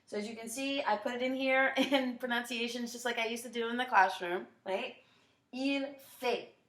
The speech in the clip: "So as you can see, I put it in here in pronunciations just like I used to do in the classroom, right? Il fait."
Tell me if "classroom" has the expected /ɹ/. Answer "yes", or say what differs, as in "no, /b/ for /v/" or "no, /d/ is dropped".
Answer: yes